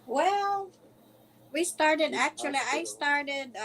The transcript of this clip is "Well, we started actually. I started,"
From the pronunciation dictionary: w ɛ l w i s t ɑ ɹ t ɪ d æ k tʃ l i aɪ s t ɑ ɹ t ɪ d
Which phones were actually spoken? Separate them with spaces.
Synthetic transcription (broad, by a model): w ɛ l w i s t ɑ ɹ t ɪ d æ k tʃ l i aɪ s t ɑ ɹ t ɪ d